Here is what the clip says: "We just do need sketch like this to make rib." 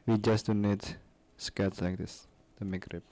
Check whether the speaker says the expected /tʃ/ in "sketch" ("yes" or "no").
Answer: no